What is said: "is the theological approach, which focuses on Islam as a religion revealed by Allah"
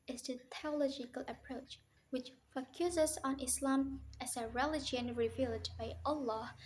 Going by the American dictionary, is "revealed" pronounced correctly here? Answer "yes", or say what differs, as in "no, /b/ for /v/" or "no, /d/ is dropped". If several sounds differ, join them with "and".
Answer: yes